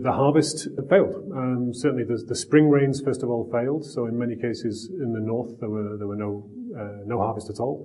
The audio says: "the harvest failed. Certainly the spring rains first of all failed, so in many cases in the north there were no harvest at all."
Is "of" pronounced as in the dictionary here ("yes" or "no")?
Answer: yes